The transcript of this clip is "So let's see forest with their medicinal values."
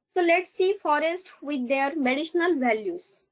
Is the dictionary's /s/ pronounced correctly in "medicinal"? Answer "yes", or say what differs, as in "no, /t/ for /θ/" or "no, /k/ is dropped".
no, /ʃ/ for /s/